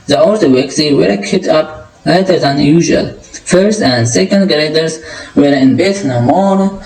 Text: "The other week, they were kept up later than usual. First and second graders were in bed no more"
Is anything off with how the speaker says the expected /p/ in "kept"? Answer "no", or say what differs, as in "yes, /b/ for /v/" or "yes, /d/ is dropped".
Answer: yes, /p/ is dropped